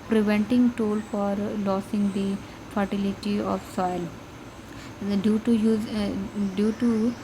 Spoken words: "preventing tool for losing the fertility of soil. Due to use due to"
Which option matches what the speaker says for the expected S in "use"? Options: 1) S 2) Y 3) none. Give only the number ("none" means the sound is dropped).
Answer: 3